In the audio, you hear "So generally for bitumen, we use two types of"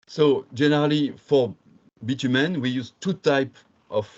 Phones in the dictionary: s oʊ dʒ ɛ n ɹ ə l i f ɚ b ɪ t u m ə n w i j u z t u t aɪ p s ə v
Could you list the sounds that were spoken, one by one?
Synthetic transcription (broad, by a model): s oʊ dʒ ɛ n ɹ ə l i f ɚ b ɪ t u m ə n w i j u z t u t aɪ p ə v